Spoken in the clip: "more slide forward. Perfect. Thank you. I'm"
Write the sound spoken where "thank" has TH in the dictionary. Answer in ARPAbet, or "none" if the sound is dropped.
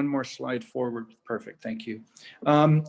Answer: TH